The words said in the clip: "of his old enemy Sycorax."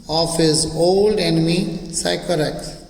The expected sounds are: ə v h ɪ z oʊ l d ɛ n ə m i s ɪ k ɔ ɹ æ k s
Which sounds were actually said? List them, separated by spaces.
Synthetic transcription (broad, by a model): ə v h ɪ z oʊ l d ɛ n ə m i s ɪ k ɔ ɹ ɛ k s